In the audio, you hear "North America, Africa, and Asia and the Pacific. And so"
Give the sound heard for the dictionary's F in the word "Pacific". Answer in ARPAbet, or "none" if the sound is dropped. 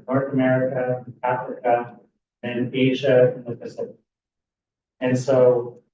P